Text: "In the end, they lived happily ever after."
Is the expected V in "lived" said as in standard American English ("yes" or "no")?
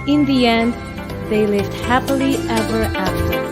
yes